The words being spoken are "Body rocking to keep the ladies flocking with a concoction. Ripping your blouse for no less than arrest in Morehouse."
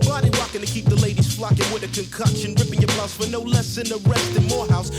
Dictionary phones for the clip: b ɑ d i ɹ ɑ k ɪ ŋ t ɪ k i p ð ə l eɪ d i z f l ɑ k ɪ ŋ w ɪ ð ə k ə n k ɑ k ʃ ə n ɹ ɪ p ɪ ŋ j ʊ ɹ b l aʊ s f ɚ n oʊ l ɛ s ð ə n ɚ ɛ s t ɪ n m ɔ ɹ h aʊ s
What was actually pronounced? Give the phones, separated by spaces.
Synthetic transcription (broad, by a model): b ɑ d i w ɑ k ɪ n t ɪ k i p ð ə l eɪ d i z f l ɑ k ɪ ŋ w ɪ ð ə k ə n k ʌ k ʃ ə n ɹ ɪ p ɪ ŋ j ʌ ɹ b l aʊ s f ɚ n oʊ l ɛ s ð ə n ɚ ɛ s t ɪ n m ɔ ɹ h aʊ s